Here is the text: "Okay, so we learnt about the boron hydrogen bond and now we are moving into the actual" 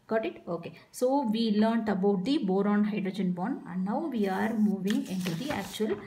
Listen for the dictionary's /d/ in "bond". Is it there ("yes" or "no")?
no